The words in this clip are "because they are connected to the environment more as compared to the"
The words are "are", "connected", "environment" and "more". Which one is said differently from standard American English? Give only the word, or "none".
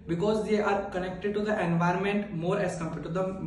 none